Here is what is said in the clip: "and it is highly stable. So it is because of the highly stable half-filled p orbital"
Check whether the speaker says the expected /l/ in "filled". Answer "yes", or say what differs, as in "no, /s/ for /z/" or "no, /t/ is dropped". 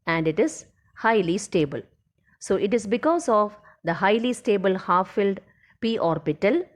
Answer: yes